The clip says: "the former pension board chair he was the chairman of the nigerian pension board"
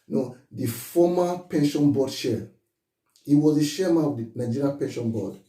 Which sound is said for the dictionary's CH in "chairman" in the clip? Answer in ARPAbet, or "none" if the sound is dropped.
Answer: SH